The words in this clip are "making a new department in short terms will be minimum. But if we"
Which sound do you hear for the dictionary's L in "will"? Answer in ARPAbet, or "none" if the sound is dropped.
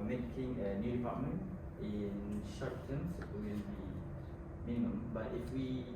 N